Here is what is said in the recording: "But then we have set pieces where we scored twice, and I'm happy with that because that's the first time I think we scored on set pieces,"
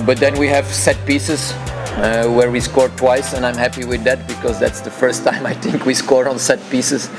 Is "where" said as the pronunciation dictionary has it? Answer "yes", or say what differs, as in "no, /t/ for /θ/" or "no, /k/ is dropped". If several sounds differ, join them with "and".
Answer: yes